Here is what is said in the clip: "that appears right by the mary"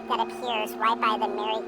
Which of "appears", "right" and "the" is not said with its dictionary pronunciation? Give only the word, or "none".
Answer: none